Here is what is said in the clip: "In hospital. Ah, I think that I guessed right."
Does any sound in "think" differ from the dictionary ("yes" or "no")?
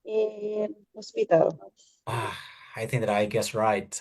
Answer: no